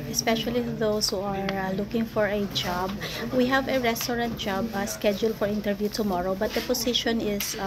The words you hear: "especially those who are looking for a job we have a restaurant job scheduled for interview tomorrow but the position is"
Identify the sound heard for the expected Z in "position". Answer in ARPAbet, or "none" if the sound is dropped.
S